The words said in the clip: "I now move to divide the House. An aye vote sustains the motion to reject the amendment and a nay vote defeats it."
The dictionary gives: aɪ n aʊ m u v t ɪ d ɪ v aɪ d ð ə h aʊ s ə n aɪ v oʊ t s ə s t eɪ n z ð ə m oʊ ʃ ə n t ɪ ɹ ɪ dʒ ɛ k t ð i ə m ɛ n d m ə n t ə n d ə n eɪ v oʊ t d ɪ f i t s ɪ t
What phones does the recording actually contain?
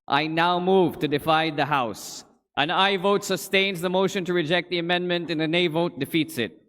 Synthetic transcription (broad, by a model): aɪ n aʊ m u v t ɪ d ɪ f aɪ d ð ə h aʊ s ə n aɪ v oʊ t s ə s t eɪ n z ð ə m oʊ ʃ ə n t ɪ ɹ ɪ dʒ ɛ k t ð i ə m ɛ n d m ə n t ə n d ə n eɪ v oʊ t d ɪ f i t s ɪ t